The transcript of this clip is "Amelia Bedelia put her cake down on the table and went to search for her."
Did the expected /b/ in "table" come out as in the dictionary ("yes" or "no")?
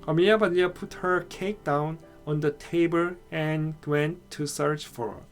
yes